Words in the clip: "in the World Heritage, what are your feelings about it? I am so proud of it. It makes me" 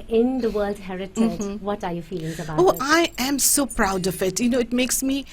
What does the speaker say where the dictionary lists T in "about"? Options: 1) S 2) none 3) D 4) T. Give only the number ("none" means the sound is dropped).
2